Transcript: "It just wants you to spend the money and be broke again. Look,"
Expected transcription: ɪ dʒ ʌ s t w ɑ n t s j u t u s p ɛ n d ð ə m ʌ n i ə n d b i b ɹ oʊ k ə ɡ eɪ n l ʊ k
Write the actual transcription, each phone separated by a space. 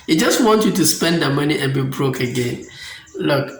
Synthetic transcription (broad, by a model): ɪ dʒ ʌ s t w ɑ n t j u t u s p ɛ n d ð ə m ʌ n i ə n b i b ɹ oʊ k ə ɡ eɪ n l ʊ k